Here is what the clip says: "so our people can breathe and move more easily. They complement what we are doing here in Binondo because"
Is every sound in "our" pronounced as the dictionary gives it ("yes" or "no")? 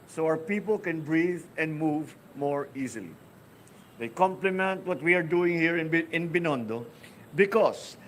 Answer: no